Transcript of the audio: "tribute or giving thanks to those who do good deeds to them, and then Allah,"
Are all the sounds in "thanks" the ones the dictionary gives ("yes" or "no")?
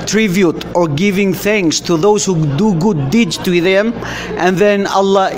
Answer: yes